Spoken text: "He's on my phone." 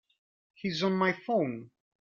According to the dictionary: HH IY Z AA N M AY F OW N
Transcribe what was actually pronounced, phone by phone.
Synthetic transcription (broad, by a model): HH IY Z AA N M AY F OW N